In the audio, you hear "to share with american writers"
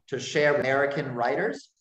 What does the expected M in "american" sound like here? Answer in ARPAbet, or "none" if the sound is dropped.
none